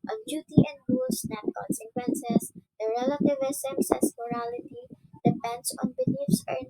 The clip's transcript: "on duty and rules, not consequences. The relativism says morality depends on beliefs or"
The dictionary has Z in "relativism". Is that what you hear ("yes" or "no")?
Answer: no